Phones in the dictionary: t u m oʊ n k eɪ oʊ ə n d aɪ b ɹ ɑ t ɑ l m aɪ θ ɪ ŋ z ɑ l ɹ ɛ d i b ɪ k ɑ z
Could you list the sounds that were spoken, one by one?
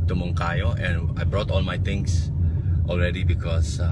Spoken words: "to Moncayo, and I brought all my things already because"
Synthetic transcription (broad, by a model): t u m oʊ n k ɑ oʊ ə n aɪ b ɹ ɑ t ɑ l m aɪ t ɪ ŋ s ɑ l ɹ ɛ d i b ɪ k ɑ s